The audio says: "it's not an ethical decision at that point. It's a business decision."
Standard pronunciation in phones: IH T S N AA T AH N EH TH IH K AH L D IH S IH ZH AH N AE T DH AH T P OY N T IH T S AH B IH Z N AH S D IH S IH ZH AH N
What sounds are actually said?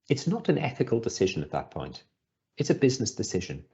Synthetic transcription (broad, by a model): IH T S N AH T AH N EH TH IH K AH L D IH S IH ZH AH N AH T DH AH T P OY N T IH T S AH B IH Z N AH S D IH S IH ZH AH N